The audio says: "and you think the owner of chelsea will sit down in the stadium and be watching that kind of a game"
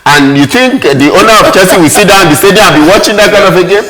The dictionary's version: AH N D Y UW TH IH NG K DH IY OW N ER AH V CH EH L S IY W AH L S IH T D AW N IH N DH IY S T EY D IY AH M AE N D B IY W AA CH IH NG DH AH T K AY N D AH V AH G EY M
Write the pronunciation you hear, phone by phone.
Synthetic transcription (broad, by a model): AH N Y UW TH IH NG K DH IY OW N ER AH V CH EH S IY W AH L S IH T D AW IH N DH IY S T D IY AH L B IY W AA CH IH NG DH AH T K AY N D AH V AH G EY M